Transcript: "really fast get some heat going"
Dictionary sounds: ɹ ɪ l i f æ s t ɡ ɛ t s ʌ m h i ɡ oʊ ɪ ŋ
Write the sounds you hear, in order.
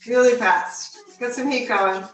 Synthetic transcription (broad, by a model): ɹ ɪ l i p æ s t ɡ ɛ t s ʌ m h i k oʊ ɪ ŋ